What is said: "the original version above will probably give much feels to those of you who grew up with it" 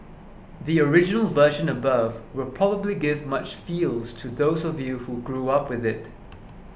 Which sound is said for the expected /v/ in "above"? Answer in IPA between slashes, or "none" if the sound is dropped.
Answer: /v/